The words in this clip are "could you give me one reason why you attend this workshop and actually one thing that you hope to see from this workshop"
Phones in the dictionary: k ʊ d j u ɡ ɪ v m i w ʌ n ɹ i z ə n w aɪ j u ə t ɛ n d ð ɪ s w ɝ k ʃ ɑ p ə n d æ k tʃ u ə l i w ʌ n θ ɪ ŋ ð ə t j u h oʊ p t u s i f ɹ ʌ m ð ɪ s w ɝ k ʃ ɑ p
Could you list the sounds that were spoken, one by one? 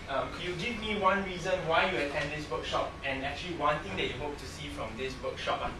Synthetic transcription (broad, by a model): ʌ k j u ɡ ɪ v m i w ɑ n ɹ i z ə n w aɪ j u ə t ɛ n d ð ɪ s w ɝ k ʃ ɑ p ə n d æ k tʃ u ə l i w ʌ n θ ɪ ŋ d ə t j u h oʊ p t u s i f ɹ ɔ m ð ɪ s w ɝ k ʃ ɑ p